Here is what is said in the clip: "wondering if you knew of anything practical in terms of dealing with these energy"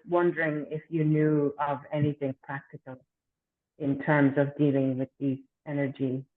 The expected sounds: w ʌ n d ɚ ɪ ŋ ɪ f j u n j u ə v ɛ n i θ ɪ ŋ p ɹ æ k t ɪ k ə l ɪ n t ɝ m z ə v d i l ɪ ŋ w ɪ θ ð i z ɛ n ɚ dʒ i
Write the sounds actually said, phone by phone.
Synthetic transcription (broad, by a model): w ʌ n d ɚ ɪ ŋ ɪ f j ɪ n j u ə v ɛ n i θ ɪ ŋ p ɹ æ k t ɪ k ə l ɪ n t ɝ m z ə v d i l ɪ ŋ w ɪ ð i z ɛ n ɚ dʒ i